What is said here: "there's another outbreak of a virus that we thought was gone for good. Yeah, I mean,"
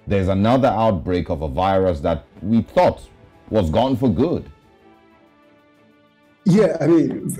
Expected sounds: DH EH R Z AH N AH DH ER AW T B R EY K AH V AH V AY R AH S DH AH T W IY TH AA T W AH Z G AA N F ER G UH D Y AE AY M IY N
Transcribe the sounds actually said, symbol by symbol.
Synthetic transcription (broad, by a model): DH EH R Z AH N AH DH ER AW T B R EY K AH V AH V AY R AH S DH AH T W IY TH AA T W AH Z G AA N F ER G UH D Y AE AY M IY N